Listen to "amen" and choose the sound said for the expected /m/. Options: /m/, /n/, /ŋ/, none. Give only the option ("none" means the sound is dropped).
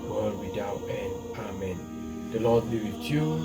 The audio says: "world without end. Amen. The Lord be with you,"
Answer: /m/